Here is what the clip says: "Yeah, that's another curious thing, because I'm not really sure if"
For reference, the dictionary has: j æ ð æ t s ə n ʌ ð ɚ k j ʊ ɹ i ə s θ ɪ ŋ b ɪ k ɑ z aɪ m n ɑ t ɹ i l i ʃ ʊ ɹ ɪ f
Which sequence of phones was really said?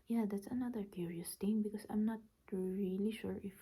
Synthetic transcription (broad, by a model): j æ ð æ t s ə n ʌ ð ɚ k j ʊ ɹ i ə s t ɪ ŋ b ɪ k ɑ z aɪ m n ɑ t ɹ i l i ʃ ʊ ɹ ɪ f